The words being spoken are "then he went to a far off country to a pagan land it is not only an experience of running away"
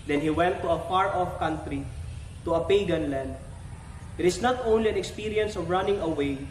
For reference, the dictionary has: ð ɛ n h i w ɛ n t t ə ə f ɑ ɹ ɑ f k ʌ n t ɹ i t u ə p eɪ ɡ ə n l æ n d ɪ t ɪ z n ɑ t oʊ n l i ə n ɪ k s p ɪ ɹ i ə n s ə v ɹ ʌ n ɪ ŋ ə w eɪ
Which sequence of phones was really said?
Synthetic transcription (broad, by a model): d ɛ n h i w ɛ n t t ə ə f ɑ ɹ ɑ f k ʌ n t ɹ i t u ə p eɪ ɡ ə n l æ n d ɪ t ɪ s n ɑ t oʊ n l i ə n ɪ k s p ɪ ɹ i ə n s ə v ɹ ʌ n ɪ ŋ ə w eɪ